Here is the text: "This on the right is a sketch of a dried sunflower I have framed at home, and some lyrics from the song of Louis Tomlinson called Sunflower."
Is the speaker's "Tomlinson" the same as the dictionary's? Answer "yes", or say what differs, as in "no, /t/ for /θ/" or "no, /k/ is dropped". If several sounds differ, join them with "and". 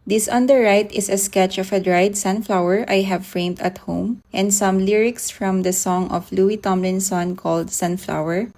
yes